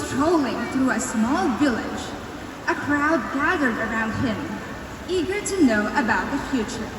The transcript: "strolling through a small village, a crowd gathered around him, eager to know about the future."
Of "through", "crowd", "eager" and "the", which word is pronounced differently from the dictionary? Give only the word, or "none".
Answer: none